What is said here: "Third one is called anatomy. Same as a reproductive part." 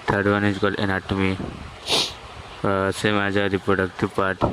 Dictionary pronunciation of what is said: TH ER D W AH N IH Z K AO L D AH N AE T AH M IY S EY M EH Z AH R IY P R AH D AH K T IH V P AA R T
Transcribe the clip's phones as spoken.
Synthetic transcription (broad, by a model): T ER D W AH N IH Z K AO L AH N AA T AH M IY S EY M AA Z AH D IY P R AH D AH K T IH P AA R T